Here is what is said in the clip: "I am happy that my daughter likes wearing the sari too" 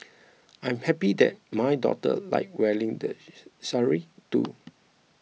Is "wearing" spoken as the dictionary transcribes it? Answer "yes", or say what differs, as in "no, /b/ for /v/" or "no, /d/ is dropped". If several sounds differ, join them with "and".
no, /l/ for /ɹ/